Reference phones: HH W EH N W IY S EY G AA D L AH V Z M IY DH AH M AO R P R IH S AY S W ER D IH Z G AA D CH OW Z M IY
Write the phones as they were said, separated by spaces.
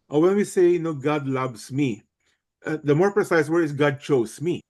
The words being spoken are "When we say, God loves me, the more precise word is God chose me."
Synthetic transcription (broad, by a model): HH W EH N W IY S EY G AA D L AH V S M IY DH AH M AO R P R IH S AY S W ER IH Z G AA D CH OW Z M IY